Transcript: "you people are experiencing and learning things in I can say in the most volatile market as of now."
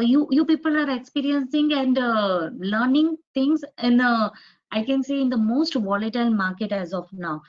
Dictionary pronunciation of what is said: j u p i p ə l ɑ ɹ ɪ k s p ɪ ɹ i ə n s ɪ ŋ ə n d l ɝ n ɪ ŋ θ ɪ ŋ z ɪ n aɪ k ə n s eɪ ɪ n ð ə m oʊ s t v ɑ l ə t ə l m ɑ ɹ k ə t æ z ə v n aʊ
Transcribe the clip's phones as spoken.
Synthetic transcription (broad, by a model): j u p i p ə l ɑ ɹ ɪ k s p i ɹ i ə n s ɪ ŋ ə n d l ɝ n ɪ ŋ t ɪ ŋ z ɪ n aɪ k ə n s eɪ ɪ n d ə m oʊ s t v ɑ l ə t ə l m ɑ ɹ k ə t æ z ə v n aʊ